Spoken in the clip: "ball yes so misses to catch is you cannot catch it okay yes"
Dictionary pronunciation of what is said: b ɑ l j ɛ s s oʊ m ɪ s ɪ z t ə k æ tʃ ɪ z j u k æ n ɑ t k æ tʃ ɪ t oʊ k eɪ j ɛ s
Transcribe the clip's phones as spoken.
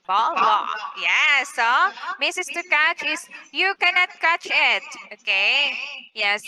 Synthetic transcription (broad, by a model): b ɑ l j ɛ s s oʊ m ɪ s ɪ s t ə k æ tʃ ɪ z j u k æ n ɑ t k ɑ tʃ ɪ t oʊ k eɪ j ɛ s